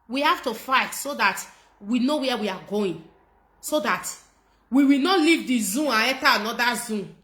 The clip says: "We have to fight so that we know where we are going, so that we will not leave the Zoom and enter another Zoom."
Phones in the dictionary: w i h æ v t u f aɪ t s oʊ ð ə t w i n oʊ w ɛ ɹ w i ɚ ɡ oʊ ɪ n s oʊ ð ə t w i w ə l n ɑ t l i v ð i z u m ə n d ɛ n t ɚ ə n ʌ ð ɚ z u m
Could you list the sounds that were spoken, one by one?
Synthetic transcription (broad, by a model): w i h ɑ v t u f aɪ t s oʊ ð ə t w i n oʊ w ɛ w i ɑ ɡ oʊ ɪ n s oʊ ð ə t w i w ə l n ɑ t l i v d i z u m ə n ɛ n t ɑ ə n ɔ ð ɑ z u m